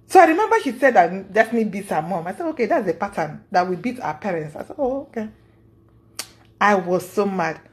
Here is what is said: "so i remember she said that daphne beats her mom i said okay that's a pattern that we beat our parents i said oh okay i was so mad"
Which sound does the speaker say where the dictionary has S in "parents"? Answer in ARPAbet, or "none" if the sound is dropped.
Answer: S